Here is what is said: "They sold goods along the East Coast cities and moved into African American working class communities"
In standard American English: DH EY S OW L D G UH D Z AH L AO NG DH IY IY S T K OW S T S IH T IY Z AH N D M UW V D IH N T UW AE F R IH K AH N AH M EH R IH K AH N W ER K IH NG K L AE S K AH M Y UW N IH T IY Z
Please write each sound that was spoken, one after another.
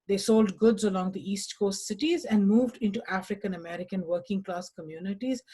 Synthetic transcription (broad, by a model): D EY S OW L D G UH D Z AH L AO NG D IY IY S T K OW S T S IH T IY Z AH N D M UW V D IH N T UW AE F R IH K AH N AH M EH R IH K AH N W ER K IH NG K L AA S K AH M Y UW N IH T IY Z